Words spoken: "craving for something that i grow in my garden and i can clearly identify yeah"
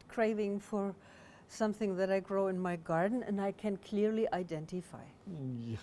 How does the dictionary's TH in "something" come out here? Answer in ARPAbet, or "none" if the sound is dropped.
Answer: TH